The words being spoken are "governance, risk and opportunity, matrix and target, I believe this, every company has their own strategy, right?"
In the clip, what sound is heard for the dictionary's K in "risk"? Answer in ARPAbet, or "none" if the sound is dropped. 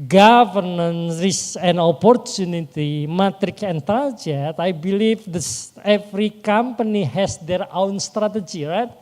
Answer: none